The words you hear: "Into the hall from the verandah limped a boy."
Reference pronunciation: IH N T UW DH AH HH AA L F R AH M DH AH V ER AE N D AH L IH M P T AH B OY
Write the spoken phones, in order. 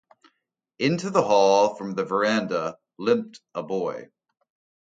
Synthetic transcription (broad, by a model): IH N T UW DH AH HH AA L F R AH M DH AH V ER AE N D AH L IH M P T AH B OY